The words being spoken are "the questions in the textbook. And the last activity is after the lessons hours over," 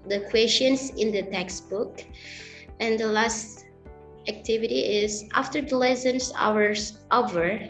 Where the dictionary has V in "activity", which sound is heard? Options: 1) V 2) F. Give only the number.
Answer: 1